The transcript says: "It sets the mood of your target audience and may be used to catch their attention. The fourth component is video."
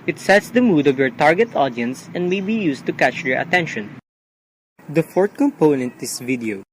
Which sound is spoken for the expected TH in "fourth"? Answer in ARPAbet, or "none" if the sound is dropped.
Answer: T